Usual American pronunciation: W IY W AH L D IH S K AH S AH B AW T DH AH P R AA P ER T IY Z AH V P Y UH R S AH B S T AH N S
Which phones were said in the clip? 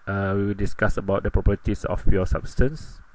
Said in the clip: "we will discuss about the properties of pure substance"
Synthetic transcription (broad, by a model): W IY W AH L D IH S K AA S AH B AW T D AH P R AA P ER T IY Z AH F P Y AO S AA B S T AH N S